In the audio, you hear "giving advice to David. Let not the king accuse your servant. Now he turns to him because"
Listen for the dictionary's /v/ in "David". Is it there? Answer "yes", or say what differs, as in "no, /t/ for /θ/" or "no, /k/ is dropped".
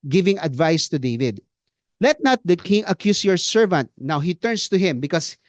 yes